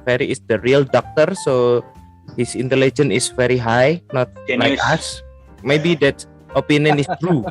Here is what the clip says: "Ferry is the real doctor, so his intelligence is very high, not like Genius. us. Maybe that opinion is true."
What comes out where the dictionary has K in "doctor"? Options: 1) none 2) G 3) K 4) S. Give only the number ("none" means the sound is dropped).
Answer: 3